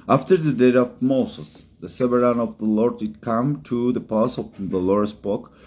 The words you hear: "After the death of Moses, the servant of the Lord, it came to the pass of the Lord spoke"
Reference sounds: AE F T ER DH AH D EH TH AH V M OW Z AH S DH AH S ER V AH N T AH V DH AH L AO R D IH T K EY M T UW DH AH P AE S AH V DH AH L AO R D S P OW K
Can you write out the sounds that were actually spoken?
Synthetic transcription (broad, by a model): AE F T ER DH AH D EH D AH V M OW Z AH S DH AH S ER AH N AH V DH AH L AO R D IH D K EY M T UW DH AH P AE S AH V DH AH L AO R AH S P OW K